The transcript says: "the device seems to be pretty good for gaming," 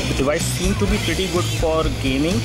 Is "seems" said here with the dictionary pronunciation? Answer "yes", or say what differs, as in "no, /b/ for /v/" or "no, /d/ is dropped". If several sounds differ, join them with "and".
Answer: no, /z/ is dropped